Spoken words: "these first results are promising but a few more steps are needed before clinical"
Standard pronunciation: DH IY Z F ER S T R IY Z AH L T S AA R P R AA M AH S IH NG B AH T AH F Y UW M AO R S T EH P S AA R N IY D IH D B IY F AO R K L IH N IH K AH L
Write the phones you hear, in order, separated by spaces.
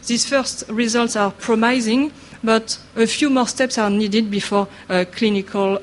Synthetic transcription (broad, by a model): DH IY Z F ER S T R IY Z AH L T S AA R P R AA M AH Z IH NG B AH T AH F Y UW M AO R S T EH P S AA R N IY D IH D B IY F AO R K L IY N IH K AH L